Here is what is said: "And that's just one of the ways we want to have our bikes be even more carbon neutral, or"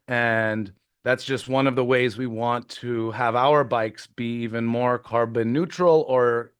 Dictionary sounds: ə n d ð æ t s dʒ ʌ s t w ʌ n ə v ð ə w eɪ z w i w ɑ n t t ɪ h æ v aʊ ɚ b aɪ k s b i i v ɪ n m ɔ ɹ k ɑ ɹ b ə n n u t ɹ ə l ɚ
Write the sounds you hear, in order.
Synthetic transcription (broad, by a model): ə n ð æ t s dʒ ʌ s t w ʌ n ə v ð ə w eɪ z w i w ɑ n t t ɪ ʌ v aʊ ɚ b aɪ k s b i i v ɪ n m ɔ ɹ k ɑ ɹ b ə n n u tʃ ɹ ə l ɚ